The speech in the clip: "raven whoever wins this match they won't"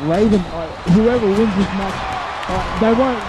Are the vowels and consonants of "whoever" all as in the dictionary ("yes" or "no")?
yes